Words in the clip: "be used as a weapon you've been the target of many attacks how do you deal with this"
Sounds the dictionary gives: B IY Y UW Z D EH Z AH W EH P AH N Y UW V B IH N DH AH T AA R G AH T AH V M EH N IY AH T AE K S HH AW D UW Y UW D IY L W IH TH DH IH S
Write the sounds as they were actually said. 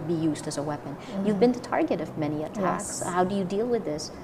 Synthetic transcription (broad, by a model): B IY Y UW Z D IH Z AH W EH P AH N Y UW V B IH N DH AH T AA R G AH T AH V M EH N IY AH T AE K S HH AW D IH Y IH D IY L W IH DH IH S